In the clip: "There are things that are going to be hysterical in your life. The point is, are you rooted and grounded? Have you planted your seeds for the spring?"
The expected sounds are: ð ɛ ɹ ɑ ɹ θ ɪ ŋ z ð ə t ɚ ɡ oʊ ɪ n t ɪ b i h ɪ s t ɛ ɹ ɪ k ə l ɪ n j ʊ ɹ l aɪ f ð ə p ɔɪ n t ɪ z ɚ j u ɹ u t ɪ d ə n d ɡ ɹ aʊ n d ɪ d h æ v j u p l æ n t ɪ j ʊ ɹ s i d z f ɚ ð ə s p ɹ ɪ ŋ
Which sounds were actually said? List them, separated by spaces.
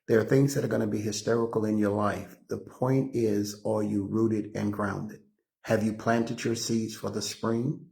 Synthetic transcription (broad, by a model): ð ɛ ɹ ɹ θ ɪ ŋ z ð ə t ɚ ɡ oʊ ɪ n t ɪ b i h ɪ s t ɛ ɹ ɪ k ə l ɪ n j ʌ ɹ l aɪ f ð ə p ɔɪ n t ɪ z ɚ j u ɹ u t ɪ d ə n ɡ ɹ aʊ n d ɪ d h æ v j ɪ p l æ n t ɪ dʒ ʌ ɹ s i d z f ɚ ð ə s p ɹ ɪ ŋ